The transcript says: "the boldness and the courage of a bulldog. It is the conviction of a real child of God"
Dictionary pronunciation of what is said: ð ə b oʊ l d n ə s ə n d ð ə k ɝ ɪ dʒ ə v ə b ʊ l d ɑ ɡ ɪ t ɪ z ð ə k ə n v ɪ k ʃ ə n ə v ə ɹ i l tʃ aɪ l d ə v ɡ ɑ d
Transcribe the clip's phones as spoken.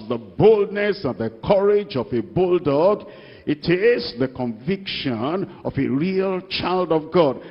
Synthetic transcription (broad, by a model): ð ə b oʊ l d n ə s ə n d ð ə k ɝ ɪ dʒ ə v ə b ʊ l d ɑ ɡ ɪ t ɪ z ð ə k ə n v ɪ k ʃ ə n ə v ə ɹ i l tʃ aɪ l d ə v ɡ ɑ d